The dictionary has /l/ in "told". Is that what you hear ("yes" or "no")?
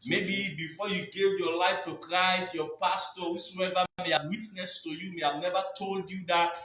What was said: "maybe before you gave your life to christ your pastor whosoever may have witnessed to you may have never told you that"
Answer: yes